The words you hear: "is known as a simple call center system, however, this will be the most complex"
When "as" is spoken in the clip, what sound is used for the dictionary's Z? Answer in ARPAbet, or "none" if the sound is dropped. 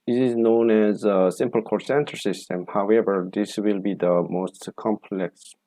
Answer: Z